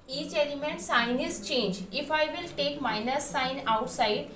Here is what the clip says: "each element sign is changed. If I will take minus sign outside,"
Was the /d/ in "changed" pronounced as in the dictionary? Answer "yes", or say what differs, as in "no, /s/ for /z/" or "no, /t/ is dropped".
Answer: no, /d/ is dropped